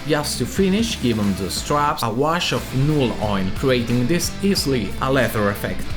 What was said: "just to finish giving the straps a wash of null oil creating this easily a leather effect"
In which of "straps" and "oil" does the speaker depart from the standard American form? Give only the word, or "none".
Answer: oil